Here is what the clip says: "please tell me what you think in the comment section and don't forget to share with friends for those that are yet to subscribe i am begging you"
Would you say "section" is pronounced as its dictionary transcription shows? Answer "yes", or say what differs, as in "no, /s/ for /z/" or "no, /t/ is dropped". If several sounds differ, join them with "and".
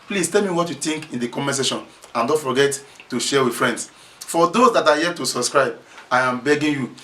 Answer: no, /k/ is dropped